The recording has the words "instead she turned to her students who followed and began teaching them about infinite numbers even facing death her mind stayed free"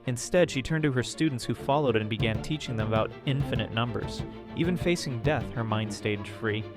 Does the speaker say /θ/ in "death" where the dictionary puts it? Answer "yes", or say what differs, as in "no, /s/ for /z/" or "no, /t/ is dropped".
yes